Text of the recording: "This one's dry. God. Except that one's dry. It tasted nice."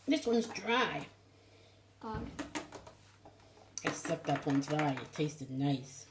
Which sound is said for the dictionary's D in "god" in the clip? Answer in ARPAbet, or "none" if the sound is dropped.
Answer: none